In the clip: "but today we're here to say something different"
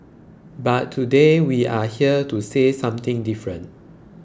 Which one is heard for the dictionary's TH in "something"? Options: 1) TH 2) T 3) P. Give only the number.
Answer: 2